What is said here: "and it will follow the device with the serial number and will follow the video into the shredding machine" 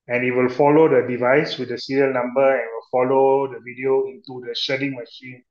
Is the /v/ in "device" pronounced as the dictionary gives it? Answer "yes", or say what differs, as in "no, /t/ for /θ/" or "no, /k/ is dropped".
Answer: yes